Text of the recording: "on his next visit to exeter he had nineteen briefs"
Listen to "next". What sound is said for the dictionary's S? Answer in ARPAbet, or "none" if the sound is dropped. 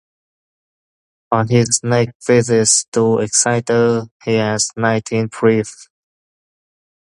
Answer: none